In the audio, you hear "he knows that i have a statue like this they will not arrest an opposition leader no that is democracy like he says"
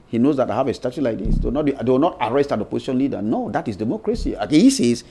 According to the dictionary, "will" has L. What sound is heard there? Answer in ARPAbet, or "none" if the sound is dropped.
W